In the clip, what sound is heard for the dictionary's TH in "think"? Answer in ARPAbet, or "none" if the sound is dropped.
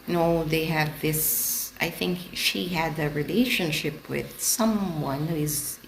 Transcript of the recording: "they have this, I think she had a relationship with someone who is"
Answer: TH